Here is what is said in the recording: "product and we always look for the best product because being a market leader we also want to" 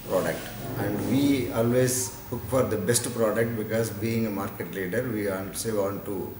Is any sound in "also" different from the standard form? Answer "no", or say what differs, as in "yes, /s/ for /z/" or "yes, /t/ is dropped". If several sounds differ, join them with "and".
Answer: yes, /n/ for /l/